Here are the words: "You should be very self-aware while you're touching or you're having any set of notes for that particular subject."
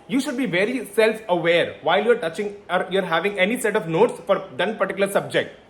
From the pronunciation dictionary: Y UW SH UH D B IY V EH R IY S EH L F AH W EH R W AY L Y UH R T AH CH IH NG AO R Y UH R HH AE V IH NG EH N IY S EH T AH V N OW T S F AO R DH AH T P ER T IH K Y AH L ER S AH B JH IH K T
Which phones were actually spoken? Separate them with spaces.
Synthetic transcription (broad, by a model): Y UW SH UH D B IY V EH R IY S EH L F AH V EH R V AY L Y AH R T AH CH IH NG AO R Y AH R HH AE V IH NG EH N IY S EH T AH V N OW T S F AO R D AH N P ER T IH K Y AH L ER S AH B JH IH K T